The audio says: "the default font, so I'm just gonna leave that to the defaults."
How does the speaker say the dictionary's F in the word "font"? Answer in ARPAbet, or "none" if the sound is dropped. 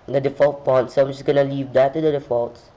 P